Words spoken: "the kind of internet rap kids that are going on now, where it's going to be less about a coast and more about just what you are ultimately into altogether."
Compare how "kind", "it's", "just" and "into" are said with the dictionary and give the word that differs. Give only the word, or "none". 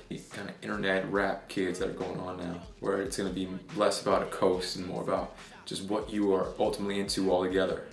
kind